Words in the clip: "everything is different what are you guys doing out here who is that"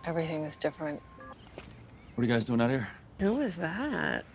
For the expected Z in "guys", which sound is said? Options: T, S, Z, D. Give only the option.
Z